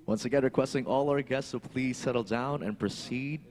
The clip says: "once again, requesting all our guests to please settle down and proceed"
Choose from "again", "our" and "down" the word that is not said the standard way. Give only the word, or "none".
none